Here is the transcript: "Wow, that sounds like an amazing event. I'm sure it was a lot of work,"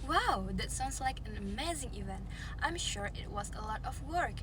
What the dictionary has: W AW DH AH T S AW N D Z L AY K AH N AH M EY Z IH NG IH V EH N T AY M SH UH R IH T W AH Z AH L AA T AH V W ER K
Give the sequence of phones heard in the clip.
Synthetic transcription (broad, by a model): W AW DH AH T S AW N D Z L AY K AH N AH M EY Z IH NG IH V EH N T AY M SH UH R IH T W AH Z AH L AA T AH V W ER K